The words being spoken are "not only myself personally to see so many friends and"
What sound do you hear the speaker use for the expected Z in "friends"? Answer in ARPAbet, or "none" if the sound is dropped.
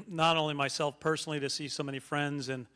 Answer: Z